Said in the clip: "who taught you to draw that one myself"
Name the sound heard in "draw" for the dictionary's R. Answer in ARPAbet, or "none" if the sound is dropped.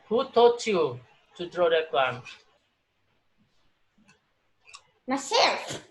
R